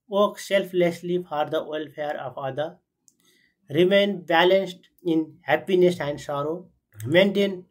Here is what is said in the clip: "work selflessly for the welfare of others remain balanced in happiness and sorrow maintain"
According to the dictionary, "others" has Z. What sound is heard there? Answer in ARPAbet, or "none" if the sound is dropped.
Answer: none